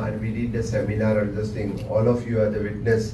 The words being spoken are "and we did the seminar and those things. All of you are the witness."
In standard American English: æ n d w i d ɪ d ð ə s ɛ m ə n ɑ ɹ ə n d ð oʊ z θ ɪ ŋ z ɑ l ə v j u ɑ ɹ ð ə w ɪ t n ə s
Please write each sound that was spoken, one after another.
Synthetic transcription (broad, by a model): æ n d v i d ɪ d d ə s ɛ m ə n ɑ ɹ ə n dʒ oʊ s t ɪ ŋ ɑ l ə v j u ɑ ɹ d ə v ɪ t n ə s